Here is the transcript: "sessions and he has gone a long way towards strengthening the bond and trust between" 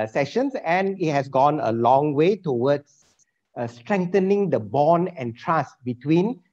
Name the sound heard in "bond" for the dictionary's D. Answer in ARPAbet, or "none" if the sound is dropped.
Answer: none